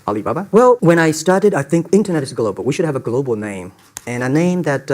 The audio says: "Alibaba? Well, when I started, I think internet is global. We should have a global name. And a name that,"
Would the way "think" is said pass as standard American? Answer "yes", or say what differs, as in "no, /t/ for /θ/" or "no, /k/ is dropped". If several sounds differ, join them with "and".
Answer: yes